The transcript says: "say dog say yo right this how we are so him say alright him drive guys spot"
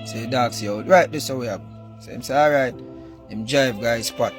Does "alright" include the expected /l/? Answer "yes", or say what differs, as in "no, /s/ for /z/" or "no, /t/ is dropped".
no, /l/ is dropped